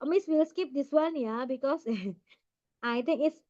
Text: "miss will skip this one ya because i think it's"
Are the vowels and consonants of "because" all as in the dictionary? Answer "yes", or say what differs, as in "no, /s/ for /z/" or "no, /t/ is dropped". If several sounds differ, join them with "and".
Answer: no, /s/ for /z/